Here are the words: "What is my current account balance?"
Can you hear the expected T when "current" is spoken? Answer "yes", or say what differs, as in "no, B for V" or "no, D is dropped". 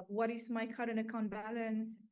no, T is dropped